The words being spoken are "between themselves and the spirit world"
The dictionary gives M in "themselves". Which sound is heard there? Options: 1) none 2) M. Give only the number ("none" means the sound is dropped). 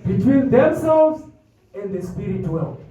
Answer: 2